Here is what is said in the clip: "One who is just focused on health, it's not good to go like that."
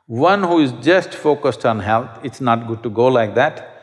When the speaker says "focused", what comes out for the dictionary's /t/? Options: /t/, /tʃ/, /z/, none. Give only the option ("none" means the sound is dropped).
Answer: /t/